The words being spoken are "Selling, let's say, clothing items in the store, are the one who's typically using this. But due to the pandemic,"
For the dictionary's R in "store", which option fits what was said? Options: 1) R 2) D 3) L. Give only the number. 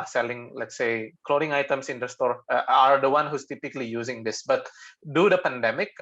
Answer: 1